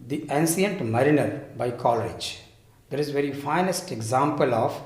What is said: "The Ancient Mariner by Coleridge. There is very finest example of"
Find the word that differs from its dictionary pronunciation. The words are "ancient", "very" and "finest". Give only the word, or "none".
ancient